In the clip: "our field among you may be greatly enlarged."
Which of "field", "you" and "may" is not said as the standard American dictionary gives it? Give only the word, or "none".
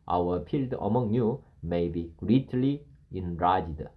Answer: field